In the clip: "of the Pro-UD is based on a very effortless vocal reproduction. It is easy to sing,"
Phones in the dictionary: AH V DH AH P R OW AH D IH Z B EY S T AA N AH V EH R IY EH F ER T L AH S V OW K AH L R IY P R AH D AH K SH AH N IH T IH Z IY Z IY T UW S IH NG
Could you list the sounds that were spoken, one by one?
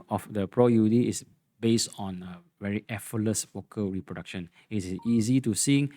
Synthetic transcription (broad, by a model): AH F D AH P R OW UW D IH S B EY S T AA N AH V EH R IY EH F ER L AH S W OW K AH R IY P R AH D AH K SH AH N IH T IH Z IY Z IY T UW S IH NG